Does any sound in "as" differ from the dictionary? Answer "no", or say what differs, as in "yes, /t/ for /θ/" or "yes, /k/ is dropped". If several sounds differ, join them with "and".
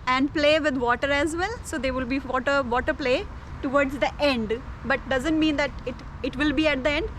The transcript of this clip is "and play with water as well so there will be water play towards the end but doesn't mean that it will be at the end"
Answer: no